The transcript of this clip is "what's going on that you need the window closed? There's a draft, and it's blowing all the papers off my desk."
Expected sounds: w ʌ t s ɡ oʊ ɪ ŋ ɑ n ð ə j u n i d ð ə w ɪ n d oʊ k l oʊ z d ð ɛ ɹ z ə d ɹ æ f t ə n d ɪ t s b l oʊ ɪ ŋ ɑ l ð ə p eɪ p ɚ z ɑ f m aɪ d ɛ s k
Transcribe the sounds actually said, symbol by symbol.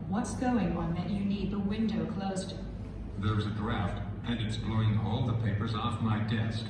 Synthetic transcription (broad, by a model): w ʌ t s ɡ oʊ ɪ ŋ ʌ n ð ə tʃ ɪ n i d ð ə w ɪ n d oʊ k l oʊ z d ð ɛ ɹ z ə d ɹ æ f t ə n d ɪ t s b l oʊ ɪ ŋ ɑ l ð ə p eɪ p ɚ z ɑ f m aɪ d ɛ s k